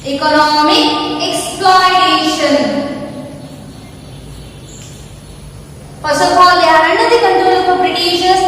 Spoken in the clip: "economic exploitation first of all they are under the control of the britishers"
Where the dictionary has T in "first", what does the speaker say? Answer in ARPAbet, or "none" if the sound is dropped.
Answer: none